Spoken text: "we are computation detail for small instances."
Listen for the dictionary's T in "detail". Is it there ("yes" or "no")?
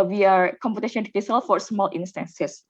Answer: no